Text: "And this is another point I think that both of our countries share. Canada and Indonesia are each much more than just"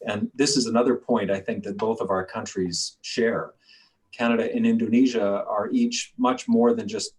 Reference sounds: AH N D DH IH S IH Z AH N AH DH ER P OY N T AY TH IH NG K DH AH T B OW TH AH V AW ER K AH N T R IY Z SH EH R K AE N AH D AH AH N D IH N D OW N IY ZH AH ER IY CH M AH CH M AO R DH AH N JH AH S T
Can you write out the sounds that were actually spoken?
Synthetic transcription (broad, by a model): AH N DH IH S IH Z AH N AH DH ER P OY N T AY TH IH NG K DH AH T B OW TH AH V AW ER K AH N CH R IY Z SH EH R K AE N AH D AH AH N IH N D OW N IY ZH AH ER IY CH M AH CH M AO R DH AH N JH AH S T